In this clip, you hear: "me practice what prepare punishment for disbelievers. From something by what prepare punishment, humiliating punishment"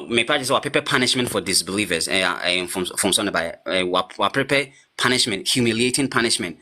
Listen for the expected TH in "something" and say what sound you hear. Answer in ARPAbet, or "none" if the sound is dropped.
S